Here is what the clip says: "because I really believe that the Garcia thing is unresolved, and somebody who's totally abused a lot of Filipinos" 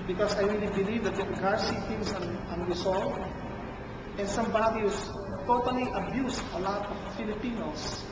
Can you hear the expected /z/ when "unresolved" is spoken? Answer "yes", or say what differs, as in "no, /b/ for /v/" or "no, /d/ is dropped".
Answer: no, /s/ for /z/